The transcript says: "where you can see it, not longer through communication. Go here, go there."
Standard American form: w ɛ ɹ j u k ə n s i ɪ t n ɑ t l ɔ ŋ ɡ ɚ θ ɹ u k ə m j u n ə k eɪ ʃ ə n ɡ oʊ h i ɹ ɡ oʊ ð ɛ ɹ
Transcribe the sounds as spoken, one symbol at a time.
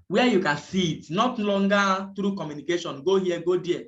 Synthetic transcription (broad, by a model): w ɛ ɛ j u k ə n s i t n ɑ t l ɔ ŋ ɡ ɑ t ɹ u k ə m j u n ə k eɪ ʃ ə n ɡ oʊ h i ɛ ɡ oʊ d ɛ